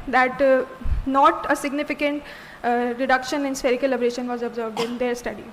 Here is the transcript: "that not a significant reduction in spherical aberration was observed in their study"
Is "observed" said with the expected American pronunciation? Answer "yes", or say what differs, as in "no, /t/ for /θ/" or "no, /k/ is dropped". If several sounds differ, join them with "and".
yes